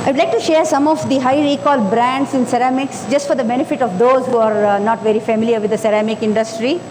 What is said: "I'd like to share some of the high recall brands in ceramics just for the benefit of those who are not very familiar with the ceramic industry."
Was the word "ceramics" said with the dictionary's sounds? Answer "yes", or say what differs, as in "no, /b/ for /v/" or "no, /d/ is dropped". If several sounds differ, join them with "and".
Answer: yes